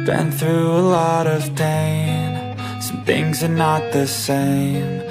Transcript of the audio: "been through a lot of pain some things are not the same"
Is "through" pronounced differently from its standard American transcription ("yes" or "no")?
no